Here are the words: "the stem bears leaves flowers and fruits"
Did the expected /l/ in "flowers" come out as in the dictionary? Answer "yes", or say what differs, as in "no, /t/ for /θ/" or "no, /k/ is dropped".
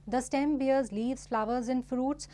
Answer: yes